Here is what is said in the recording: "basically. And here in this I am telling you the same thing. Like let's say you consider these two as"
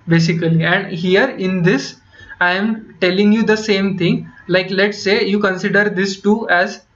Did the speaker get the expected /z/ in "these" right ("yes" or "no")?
no